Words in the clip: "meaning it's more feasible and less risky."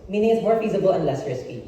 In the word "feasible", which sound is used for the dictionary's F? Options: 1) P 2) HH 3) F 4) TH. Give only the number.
3